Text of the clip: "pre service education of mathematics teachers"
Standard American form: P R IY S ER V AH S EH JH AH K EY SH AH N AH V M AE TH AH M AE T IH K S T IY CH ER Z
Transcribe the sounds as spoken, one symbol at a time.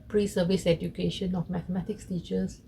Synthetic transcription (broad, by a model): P R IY S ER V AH S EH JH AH K EY SH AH N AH F M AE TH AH M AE T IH K S T IY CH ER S